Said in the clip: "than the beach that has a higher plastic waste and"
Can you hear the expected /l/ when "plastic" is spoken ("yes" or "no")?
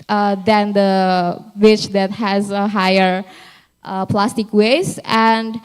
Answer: yes